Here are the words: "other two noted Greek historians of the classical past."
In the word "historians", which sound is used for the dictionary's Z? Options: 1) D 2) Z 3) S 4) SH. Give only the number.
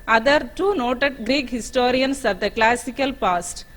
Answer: 3